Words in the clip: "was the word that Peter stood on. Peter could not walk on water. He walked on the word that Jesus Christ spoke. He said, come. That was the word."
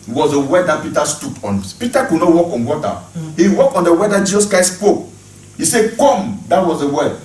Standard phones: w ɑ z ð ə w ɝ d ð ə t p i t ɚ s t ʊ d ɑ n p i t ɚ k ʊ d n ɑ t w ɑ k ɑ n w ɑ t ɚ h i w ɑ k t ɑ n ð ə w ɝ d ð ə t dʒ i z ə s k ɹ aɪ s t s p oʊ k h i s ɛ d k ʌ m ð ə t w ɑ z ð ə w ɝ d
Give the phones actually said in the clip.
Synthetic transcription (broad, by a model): w ɑ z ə w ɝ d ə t p i t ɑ s t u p ɑ n p i t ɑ k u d n ɑ t w ɑ k ɑ n w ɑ t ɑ h i w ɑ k ɑ n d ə w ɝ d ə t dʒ i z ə s k ɹ aɪ s s p oʊ k h i s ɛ k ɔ m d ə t w ɑ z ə w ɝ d